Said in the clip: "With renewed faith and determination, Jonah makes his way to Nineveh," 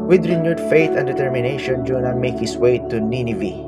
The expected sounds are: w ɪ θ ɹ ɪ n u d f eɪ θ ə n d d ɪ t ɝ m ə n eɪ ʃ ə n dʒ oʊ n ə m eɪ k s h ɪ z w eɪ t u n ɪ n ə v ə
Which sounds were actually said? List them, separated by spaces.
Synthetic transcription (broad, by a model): w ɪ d ɹ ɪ n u d f eɪ t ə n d d ɪ t ɝ m ə n eɪ ʃ ə n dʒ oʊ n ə m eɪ k h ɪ s w eɪ t u n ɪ n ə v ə